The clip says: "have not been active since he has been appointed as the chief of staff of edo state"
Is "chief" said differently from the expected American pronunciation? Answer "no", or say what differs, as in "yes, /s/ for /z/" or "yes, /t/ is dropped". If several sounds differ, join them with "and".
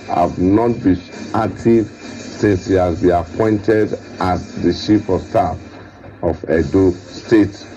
yes, /ʃ/ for /tʃ/